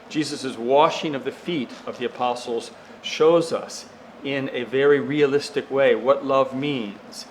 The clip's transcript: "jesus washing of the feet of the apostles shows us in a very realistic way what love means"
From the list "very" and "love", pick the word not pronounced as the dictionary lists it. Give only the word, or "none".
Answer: none